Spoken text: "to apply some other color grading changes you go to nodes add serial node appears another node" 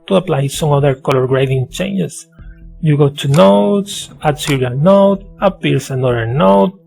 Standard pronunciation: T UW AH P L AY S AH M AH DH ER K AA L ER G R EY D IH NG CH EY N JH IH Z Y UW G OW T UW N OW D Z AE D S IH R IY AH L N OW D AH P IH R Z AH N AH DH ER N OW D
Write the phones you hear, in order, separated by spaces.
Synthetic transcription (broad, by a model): T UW AH P L AY S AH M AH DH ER K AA L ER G R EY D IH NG CH EY N JH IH S Y UW G OW T UW N OW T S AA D S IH R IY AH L N OW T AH P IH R S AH N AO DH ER N OW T